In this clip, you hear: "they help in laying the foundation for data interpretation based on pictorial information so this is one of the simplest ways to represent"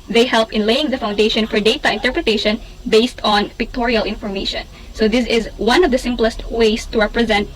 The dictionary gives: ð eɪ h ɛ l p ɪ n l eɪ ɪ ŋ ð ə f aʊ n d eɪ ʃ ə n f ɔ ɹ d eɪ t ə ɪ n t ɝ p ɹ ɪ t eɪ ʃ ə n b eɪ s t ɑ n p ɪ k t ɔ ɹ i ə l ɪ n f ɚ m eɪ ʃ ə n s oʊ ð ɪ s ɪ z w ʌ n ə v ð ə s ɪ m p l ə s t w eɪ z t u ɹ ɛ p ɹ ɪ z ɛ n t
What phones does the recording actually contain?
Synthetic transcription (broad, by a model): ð eɪ h ɛ l p ɪ n l eɪ ɪ ŋ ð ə f aʊ n d eɪ ʃ ə n f ɔ ɹ d eɪ t ə ɪ n t ɝ p ɹ ɪ t eɪ ʃ ə n b eɪ s t ɑ n p ɪ k t ɔ ɹ i ə l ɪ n f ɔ m eɪ ʃ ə n s oʊ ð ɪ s ɪ z w ʌ n ə v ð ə s ɪ m p l ə s t w eɪ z t u ɹ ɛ p ɹ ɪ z ɛ n t